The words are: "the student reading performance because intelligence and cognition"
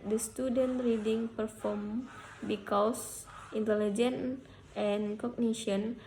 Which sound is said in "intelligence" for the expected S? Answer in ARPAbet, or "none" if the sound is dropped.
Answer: none